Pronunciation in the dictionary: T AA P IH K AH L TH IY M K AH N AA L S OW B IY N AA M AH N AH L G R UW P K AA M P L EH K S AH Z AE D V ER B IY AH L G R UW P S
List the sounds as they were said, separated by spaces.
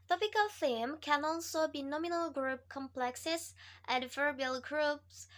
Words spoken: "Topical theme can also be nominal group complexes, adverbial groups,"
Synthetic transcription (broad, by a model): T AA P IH K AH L F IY M K AH N AA L S OW B IY N AA M AH N AH L G R UW P K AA M P L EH K S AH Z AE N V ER B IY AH L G R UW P S